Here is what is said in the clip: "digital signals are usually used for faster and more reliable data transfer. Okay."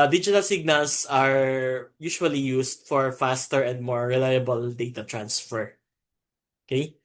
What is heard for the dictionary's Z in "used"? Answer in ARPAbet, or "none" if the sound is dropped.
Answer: S